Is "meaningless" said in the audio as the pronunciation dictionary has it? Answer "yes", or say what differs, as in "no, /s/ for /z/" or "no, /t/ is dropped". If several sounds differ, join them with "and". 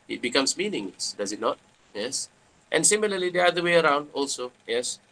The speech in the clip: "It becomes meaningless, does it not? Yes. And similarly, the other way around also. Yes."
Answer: no, /l/ is dropped